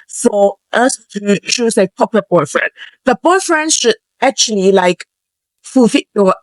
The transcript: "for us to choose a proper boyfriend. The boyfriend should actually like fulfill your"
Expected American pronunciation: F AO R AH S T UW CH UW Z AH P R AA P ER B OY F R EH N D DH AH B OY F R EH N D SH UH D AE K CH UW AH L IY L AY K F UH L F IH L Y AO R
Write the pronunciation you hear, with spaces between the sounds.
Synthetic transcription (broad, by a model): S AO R AH S T UW SH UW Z AH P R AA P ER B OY F R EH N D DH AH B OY F R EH N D SH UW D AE K CH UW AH L IY L AY K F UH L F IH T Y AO